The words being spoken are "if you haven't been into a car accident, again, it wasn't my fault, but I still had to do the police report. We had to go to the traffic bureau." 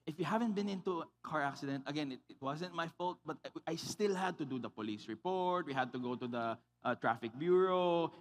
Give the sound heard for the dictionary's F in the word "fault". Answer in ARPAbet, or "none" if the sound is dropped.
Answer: F